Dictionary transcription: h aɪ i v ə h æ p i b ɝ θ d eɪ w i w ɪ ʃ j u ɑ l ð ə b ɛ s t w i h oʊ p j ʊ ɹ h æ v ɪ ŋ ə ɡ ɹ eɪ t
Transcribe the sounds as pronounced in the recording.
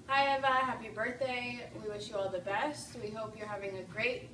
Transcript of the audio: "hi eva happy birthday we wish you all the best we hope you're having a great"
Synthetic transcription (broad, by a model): h aɪ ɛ v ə h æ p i b ɝ θ d eɪ w i w ɪ ʃ j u ɑ l ð ə b ɛ s t w i h oʊ p j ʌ ɹ h æ v ɪ ŋ ə ɡ ɹ eɪ t